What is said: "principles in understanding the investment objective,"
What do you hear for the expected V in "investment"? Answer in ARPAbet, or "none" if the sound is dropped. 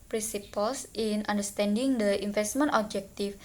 F